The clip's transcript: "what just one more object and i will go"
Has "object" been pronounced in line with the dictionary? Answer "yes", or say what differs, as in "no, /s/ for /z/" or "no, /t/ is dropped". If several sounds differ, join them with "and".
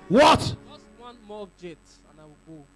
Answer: no, /k/ is dropped